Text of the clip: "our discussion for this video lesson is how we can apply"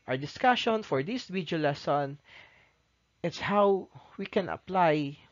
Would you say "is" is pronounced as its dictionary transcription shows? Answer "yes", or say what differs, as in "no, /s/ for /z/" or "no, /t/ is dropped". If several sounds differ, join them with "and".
no, /s/ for /z/